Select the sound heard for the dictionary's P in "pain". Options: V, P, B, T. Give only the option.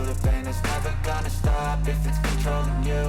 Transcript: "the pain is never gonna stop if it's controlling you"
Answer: B